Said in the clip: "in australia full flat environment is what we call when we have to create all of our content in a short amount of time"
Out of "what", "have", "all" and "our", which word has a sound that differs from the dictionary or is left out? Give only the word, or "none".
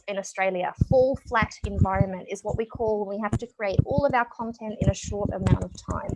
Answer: have